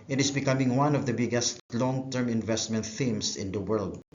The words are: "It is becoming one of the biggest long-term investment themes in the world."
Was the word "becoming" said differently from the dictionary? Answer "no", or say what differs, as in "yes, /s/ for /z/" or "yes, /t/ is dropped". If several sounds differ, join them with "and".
no